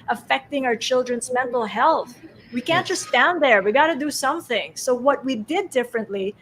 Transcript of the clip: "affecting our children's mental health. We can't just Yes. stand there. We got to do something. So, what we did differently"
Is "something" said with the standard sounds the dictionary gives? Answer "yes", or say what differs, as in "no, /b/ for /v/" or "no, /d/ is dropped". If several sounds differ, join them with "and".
yes